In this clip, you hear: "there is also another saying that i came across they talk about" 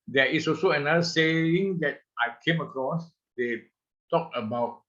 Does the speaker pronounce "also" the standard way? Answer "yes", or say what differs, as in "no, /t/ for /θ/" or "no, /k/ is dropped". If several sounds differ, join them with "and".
no, /l/ is dropped